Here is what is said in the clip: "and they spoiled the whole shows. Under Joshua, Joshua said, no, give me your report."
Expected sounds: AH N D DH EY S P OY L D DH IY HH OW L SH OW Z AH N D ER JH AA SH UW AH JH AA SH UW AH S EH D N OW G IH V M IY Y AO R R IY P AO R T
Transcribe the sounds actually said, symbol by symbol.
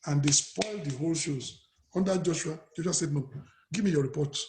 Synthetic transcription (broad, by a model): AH N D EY S P OY L D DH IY HH OW L SH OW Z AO N D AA JH AA SH UW AH JH AA SH UW AH S EH D N OW G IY V M IY Y AO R R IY P AO T